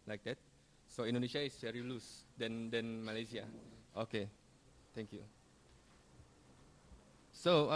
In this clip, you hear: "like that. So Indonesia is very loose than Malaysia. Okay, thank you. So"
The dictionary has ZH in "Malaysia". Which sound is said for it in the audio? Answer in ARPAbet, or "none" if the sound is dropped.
S